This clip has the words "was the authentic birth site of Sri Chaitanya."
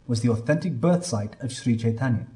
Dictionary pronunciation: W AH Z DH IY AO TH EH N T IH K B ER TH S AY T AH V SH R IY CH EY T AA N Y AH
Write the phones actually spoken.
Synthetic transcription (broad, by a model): W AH Z DH IY AO TH EH N T IH K B ER TH S AY T AH V SH R IY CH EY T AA N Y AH